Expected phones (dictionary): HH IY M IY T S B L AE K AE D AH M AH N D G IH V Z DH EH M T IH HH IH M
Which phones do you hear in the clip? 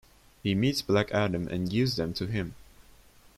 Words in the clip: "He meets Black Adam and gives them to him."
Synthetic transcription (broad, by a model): HH IY M IY T S B L AE K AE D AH M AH N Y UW Z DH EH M T IH HH IH M